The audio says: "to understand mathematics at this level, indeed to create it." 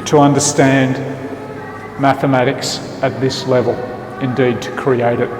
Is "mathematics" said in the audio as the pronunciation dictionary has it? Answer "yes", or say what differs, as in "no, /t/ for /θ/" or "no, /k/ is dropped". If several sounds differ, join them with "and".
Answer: yes